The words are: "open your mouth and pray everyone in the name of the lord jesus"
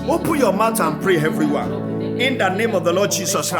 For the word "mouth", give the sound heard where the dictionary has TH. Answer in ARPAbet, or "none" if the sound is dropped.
T